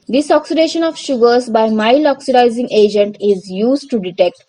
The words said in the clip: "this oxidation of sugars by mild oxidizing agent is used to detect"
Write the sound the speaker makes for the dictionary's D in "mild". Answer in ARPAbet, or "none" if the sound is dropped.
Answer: none